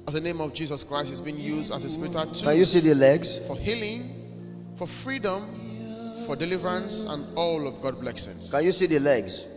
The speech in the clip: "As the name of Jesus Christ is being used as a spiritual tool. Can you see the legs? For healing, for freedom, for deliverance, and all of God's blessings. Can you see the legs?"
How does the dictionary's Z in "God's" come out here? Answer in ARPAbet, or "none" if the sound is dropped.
none